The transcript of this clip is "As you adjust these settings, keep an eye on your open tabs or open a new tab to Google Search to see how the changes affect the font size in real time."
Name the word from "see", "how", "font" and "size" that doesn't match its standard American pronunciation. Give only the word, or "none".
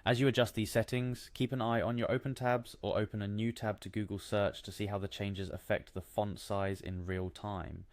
none